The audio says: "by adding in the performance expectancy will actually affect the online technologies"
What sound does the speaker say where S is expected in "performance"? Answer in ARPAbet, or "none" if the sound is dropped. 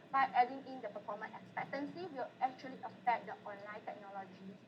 none